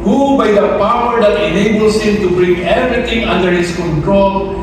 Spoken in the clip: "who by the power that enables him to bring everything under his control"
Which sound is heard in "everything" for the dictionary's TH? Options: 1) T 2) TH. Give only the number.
1